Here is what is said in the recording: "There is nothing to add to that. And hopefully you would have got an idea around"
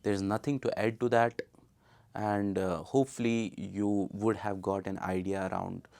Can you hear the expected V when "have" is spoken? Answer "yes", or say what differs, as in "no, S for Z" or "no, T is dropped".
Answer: yes